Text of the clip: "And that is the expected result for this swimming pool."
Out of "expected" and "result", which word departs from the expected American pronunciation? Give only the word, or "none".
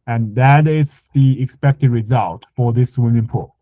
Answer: none